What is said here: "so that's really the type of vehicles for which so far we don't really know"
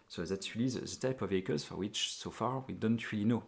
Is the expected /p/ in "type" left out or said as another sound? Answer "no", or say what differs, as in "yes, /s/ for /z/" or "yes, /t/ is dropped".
no